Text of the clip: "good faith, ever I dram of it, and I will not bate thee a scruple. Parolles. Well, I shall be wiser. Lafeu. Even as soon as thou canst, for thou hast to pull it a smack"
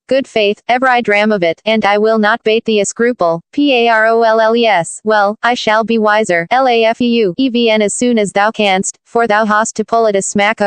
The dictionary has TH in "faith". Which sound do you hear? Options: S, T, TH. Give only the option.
TH